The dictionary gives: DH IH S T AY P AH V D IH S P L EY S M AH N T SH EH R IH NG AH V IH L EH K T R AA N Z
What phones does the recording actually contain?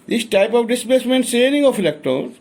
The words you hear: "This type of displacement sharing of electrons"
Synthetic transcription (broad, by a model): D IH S T AY P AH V D IH S P L EY S M AH N T S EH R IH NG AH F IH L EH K T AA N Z